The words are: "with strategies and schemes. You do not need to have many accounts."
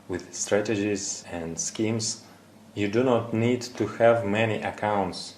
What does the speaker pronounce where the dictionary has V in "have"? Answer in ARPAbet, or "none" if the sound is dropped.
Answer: V